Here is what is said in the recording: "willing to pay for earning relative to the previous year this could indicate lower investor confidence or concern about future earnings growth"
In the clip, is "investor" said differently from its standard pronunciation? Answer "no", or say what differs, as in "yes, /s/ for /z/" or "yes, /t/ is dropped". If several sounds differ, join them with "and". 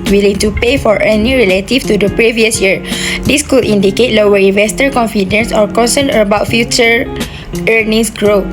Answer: no